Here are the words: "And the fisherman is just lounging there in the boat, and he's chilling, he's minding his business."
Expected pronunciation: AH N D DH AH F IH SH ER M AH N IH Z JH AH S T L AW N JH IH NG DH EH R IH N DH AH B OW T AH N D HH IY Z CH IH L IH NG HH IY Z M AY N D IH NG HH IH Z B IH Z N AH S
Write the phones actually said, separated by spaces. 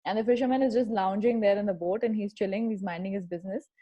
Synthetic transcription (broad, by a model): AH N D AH F IH SH ER M AH N IH Z JH AH S T L AW N JH IH NG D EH R IH N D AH B OW T AH N D HH IY Z CH IH L IH NG HH IY Z M AY N D IH NG HH IH Z B IH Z N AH S